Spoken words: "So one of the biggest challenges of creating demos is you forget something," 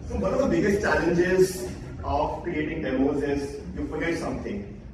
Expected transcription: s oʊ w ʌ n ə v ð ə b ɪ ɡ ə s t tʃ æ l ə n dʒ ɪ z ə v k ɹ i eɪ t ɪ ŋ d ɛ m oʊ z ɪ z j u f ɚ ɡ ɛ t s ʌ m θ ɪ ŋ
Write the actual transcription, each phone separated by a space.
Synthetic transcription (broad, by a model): s oʊ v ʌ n ə v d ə b ɪ ɡ ə s t tʃ æ l ə n dʒ ɪ z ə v k ɹ i eɪ t ɪ ŋ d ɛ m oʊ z ɪ z j u f ɚ ɡ ɛ t s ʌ m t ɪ ŋ